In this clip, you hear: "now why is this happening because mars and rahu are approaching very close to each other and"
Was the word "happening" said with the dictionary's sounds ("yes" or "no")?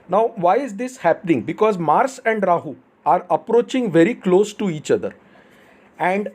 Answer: yes